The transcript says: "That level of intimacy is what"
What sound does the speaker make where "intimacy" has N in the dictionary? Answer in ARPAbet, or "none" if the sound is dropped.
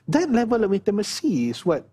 none